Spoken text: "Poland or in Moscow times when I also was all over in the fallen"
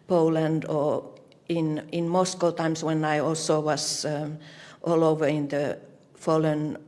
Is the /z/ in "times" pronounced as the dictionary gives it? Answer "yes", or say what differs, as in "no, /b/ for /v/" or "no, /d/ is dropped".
no, /s/ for /z/